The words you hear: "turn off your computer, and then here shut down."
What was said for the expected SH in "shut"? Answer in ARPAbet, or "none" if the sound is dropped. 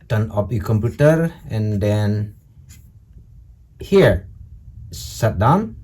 S